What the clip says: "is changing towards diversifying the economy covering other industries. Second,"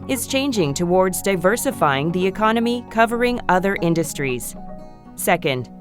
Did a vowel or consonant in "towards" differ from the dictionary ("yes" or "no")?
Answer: no